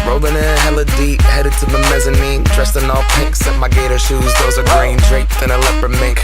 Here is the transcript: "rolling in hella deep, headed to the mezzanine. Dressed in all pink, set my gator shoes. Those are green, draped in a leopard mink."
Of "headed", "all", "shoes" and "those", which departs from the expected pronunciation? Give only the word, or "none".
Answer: none